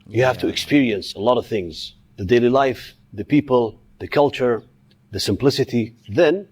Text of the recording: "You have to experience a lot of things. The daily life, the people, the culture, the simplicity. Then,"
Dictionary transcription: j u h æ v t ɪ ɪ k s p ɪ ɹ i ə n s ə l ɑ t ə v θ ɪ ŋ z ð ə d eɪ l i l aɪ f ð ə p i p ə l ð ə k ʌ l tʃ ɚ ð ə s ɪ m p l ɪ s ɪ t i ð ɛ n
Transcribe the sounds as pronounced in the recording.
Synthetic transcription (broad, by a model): j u h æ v t ɪ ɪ k s p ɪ ɹ i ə n s ə l ɑ t ə v θ ɪ ŋ z ð ə d eɪ l i l aɪ f ð ə p i p ə l ð ə k ʌ l tʃ ɚ ð ə s ɪ m p l ɪ s ɪ t i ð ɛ n